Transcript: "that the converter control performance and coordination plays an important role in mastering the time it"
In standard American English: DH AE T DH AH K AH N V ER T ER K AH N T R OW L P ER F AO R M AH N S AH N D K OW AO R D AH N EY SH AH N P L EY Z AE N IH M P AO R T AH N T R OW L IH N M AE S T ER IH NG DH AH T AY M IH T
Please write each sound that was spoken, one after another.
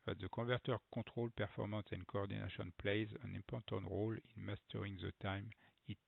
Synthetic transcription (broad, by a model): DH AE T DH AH K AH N V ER T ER K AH T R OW L P ER F AO R M AH N S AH N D K OW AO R D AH N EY SH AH N P L EY Z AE N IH M P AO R T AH N T R OW L IH N M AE S T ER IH NG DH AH T AY M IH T